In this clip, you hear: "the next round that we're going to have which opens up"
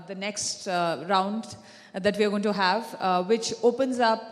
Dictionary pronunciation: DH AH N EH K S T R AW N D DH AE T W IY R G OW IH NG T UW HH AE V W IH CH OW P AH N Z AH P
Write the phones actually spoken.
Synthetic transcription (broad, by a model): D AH N EH K S T R AW N D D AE T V IY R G OW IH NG T UW HH AE V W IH CH OW P AH N Z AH P